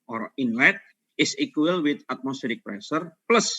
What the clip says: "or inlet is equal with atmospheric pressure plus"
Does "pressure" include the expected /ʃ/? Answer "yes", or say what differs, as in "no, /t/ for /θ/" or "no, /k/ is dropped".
no, /s/ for /ʃ/